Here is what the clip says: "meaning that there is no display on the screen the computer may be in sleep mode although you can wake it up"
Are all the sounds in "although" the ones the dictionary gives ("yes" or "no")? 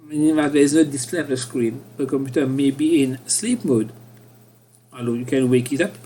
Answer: no